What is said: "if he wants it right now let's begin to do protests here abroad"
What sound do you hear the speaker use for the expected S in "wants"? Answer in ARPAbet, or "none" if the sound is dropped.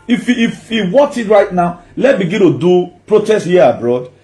none